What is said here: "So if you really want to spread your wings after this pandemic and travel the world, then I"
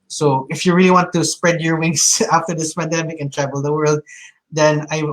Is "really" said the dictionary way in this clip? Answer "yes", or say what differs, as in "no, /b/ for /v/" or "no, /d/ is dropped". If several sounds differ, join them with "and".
yes